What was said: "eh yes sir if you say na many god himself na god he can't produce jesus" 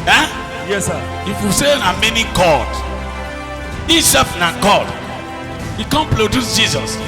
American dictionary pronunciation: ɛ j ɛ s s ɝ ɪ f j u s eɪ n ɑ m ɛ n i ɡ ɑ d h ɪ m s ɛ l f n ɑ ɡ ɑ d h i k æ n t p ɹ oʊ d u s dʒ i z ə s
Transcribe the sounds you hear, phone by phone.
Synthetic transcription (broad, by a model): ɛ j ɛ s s ɪ f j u s eɪ n ɑ m ɛ n i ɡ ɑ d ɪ s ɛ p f n ɑ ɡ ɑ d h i k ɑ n p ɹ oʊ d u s dʒ i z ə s